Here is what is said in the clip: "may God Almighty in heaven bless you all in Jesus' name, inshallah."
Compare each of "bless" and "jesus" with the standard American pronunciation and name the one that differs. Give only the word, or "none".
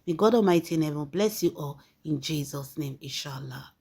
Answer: none